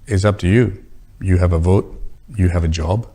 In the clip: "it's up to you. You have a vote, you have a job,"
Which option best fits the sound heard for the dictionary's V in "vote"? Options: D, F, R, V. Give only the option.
V